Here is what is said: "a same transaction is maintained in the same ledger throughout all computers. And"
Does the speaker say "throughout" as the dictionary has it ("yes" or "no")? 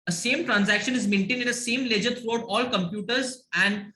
no